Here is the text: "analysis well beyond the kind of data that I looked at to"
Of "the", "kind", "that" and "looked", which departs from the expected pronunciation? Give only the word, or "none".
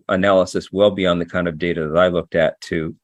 none